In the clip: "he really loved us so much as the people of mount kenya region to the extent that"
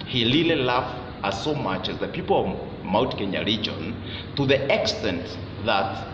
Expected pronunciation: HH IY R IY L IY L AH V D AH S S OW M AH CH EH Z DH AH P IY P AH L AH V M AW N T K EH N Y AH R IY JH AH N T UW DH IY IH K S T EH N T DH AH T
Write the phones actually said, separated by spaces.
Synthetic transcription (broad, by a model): HH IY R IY L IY L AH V AH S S OW M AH CH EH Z DH AH P IY P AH L AH V M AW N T K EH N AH R IY JH AH N T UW DH IY IH K S T EH N T DH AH T